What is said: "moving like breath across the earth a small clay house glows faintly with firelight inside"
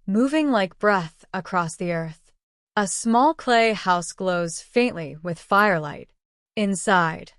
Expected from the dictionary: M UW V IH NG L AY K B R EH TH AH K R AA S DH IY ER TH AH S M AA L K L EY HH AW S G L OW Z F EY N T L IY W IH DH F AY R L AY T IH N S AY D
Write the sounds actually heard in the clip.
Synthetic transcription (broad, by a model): M UW V IH NG L AY K B R EH TH AH K R AA S DH IY ER TH AH S M AA L K L EY HH AW S G L OW Z F EY N T L IY W IH DH F AY R L AY T IH N S AY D